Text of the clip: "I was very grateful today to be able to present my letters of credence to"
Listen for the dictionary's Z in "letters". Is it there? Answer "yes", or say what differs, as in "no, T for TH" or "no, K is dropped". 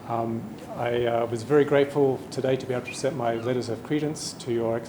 yes